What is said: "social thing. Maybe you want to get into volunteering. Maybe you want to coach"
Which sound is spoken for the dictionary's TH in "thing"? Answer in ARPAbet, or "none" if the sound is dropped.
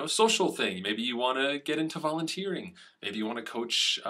TH